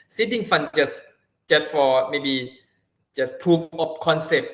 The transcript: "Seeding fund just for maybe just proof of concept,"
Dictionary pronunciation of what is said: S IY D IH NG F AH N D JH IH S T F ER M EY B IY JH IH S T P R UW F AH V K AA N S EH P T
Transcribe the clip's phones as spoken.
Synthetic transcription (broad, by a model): S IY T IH NG F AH N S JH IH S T F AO M EY B IY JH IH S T P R UW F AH P K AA N S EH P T